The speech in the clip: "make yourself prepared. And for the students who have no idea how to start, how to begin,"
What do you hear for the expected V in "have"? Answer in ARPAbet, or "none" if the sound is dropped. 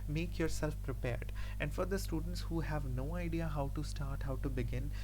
V